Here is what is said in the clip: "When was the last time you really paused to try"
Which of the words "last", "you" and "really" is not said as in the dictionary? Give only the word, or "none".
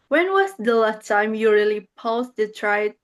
last